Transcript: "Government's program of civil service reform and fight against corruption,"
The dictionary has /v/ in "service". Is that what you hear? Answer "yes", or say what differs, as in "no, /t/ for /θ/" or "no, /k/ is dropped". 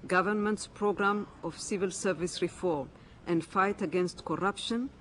yes